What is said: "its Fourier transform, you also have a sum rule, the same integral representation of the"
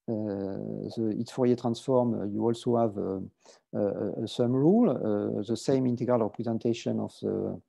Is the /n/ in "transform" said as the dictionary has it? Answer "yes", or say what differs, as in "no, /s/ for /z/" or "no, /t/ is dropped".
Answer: yes